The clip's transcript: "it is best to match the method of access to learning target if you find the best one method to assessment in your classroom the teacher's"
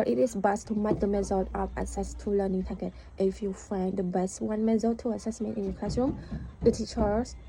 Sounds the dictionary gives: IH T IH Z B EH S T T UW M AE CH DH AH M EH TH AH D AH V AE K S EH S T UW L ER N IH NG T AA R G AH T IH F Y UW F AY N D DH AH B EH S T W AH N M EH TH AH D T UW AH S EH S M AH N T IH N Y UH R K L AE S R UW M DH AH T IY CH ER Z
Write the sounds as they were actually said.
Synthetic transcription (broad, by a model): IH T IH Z B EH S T T UW M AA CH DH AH M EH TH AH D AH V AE S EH S T UW L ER N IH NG T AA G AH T IH F Y UW F AY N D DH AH B EH S T W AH N M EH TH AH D T UW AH S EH S M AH N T IH N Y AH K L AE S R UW M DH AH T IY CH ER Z